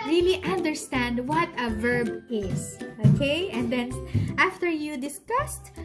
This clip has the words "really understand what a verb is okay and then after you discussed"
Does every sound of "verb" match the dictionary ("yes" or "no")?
yes